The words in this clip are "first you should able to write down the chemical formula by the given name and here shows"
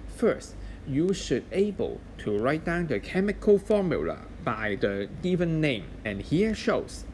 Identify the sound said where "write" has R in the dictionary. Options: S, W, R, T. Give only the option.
R